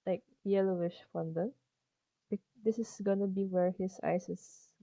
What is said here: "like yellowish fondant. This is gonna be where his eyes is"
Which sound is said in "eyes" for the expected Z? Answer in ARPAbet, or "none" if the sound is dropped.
S